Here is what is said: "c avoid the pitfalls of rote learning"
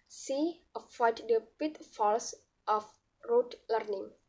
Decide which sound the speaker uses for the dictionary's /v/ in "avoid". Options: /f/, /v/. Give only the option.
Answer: /f/